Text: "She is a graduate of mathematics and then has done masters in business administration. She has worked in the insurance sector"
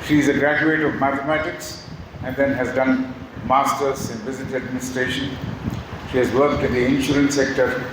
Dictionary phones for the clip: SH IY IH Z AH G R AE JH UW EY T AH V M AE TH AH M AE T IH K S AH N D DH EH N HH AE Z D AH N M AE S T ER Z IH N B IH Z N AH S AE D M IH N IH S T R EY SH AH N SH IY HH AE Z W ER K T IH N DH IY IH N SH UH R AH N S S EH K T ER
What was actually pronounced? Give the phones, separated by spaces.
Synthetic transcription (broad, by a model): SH IY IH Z AH G R AE JH UW EY T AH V M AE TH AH M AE T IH K S AH N D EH N HH AE Z D AH N M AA S T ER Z IH N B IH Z AH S AE D M IH N IH S T R EY SH AH N SH IY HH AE Z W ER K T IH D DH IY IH N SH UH R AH N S S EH K T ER